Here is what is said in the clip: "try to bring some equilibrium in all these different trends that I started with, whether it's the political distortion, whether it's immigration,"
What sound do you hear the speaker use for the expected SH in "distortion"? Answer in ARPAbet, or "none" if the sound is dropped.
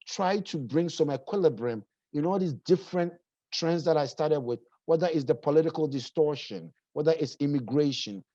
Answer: SH